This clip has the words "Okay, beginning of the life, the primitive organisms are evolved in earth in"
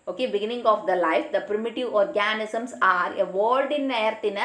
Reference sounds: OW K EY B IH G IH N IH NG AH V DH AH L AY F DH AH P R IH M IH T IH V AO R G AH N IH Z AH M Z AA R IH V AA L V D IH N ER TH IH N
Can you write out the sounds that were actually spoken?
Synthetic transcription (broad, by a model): OW K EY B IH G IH N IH NG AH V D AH L AY F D AH P R IH M IH T IH V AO R G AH N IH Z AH M S AA R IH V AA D D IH N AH T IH N